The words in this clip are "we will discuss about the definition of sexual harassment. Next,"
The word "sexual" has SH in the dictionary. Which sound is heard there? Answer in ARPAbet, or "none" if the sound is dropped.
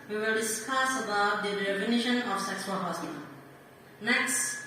S